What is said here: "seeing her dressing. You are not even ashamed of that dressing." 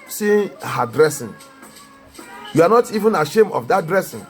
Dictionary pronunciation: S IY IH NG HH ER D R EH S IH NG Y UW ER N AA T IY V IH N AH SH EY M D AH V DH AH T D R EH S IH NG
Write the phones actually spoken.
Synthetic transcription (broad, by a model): S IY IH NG HH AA D R EH S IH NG Y UW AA N AA T IY V IH N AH SH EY M AH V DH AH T D R EH S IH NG